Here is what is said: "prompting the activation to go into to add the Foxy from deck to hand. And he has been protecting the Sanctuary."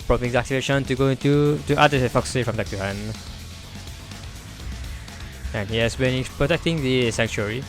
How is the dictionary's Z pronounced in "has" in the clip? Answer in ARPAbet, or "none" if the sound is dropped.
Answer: S